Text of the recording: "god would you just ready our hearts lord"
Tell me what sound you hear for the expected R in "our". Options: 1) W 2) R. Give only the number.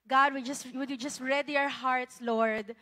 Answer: 2